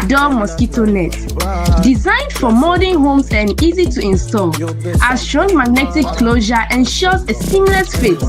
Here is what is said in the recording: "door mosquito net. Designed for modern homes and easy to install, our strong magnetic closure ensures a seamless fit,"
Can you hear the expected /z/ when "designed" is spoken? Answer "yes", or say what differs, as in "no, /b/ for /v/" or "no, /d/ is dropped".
yes